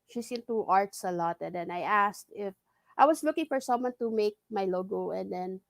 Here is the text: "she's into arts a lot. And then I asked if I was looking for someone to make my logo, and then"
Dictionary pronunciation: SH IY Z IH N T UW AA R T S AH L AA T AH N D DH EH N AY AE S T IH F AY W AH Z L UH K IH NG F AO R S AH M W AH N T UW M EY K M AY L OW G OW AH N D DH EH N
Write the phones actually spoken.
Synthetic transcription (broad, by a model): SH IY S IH N T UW AA R T S AH L AA T AH N D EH N AY AE S T IH F AY W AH S L UH K IH NG F AO R S AH M W AH N T UW M EY K M AY L OW G OW AH N D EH N